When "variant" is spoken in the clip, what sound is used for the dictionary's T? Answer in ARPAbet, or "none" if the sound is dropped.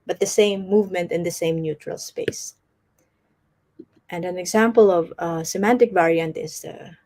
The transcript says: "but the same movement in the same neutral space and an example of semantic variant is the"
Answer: T